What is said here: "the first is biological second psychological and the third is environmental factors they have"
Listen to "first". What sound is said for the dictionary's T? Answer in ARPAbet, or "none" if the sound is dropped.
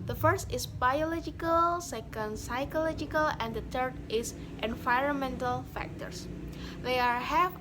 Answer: T